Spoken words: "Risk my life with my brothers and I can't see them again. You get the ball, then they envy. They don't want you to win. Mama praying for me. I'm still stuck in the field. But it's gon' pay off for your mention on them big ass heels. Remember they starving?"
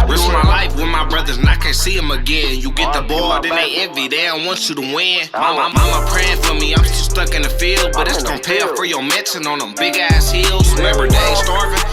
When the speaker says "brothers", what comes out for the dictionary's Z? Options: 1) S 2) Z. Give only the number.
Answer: 2